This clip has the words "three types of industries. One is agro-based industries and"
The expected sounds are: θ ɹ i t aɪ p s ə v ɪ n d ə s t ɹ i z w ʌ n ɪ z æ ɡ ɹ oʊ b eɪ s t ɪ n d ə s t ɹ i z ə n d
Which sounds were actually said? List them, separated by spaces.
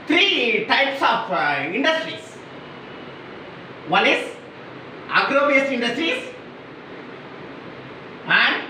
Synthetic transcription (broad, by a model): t ɹ i t aɪ p s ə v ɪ n d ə s t ɹ i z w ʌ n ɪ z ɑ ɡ ɹ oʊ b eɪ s ɪ n d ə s t ɹ i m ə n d